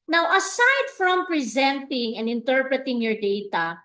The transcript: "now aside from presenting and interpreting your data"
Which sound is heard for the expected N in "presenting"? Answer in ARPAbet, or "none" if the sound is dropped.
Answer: N